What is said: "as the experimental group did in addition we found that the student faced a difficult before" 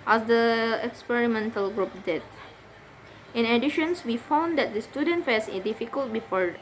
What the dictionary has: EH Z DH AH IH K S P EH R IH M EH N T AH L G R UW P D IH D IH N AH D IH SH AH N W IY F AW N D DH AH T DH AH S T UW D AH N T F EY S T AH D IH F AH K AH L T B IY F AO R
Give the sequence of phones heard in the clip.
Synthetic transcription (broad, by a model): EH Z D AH IH K S P EH R IH M EH N T AH L G R UW P D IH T IH N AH D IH SH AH N W IY F AW N D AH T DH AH S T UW D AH N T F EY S AH D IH F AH K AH L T B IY F AO R